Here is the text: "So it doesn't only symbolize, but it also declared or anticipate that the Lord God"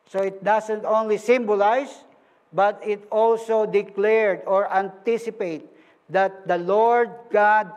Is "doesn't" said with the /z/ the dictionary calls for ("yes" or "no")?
no